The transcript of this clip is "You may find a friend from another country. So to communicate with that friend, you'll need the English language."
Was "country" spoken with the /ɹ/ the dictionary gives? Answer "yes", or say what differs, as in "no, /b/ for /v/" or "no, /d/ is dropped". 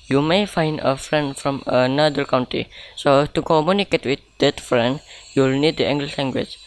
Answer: no, /ɹ/ is dropped